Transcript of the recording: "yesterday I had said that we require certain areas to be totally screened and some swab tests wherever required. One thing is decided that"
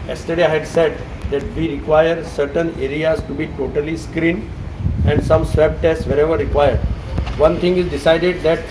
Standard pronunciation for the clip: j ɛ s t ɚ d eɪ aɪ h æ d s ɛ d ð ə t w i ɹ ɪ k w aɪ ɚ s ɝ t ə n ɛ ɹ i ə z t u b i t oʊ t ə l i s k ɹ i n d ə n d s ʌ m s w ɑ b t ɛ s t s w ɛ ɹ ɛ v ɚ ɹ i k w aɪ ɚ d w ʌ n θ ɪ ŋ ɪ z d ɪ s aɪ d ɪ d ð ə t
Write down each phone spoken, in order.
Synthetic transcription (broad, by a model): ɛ s t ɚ d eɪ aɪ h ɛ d s ɛ d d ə t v i ɹ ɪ k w aɪ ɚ s ɝ t ə n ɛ ɹ i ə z t u b i t oʊ t ə l i s k ɹ i n ə n d s ʌ m s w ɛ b t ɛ s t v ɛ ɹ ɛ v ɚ ɹ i k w aɪ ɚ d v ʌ n t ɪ ŋ ɪ z d ɪ s aɪ d ɪ d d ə t